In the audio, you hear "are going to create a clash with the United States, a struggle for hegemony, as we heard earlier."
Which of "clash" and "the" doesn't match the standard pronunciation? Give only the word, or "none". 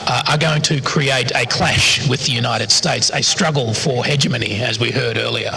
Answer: none